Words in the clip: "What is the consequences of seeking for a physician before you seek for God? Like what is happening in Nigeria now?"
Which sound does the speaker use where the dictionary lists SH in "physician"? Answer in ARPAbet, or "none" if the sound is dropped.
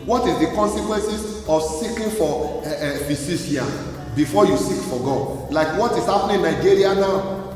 none